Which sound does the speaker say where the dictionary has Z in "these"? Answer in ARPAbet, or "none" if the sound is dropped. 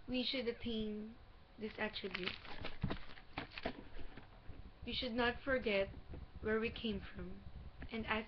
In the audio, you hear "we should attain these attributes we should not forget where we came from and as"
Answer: S